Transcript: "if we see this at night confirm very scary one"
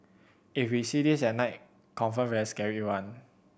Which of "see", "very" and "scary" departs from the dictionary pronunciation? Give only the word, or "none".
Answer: very